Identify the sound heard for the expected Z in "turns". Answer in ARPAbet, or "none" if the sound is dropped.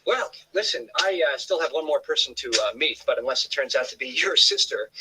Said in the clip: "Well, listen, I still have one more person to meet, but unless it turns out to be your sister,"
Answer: Z